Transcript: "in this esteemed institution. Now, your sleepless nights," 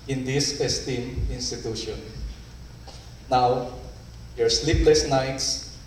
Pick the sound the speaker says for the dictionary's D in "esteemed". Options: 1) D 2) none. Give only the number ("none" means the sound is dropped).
2